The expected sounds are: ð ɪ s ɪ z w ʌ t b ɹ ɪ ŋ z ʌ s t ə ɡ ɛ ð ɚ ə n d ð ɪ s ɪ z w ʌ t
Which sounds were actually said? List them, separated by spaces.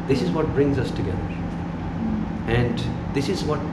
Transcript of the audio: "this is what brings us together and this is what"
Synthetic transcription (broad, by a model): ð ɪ s ɪ z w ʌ t b ɹ ɪ ŋ z ʌ s t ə ɡ ɛ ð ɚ ə n d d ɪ s ɪ z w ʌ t